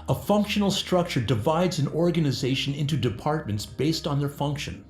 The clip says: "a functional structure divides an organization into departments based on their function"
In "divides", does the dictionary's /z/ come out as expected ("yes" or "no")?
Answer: yes